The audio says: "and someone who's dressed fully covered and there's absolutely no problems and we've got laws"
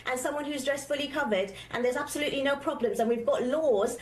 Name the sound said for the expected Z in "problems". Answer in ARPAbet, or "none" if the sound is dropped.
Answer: Z